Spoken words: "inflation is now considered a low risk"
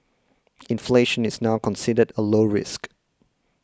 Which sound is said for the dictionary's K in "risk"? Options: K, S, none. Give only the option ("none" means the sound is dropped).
K